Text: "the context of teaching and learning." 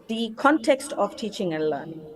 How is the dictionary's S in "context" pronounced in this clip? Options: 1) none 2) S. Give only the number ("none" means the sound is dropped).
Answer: 2